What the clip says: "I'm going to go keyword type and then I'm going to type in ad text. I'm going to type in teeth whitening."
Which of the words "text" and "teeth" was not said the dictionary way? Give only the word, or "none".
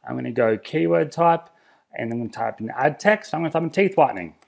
none